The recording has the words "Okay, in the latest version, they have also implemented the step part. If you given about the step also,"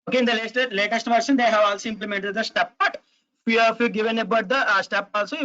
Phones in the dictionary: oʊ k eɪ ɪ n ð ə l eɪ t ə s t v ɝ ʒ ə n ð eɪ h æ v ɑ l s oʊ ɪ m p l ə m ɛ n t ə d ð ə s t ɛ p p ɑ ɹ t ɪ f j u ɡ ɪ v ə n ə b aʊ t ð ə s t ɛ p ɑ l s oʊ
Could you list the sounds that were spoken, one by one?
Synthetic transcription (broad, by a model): oʊ k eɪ ɪ n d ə l eɪ t ə s t v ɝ ʃ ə n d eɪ h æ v ɑ l s oʊ ɪ m p l ə m ɛ n t ə d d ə s t ɛ p b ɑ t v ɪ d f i ɡ ɪ v ə n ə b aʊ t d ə s t ɛ p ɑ l s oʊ